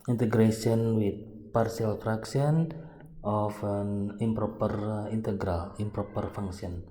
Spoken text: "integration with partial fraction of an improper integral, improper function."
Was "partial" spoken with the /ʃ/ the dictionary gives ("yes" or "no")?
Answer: no